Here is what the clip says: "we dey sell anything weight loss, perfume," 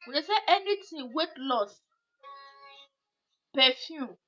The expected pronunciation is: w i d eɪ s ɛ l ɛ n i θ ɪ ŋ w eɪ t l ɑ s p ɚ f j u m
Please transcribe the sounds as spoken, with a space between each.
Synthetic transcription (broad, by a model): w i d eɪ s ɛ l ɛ n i t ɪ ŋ w eɪ t l ɑ s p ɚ f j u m